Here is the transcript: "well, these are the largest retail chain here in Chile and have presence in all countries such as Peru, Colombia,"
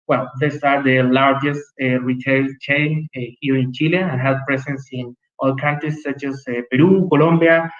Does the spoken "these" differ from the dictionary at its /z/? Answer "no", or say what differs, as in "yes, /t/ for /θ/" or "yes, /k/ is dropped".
yes, /s/ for /z/